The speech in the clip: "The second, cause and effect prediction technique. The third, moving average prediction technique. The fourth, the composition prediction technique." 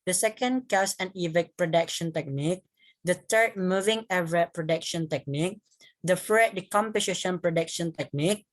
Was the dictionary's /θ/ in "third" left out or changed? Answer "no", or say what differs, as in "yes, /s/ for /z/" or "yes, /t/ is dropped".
yes, /t/ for /θ/